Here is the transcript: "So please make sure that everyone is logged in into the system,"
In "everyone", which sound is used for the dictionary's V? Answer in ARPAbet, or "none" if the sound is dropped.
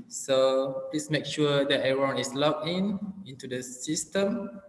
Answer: none